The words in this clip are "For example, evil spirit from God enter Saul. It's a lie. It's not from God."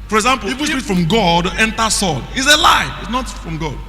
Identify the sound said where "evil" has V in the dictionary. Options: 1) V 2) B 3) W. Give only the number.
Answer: 3